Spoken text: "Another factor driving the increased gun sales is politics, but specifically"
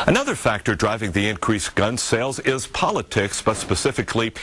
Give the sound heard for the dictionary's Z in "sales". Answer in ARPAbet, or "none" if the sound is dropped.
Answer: Z